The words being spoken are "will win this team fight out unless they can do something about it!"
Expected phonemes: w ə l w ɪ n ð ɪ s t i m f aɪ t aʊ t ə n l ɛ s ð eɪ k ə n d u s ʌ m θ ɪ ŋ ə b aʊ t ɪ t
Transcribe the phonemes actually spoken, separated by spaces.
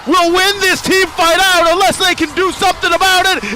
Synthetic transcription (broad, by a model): w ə l w ɪ n ð ɪ s t i m f aɪ t aʊ t ə n l ɛ s ð eɪ k ə n d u s ʌ m θ ɪ ŋ ə b aʊ t ɪ t